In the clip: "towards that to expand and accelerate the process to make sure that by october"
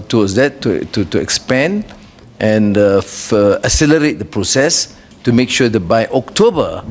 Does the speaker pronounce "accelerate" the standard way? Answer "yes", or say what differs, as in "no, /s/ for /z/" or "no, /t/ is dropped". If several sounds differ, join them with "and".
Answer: no, /k/ is dropped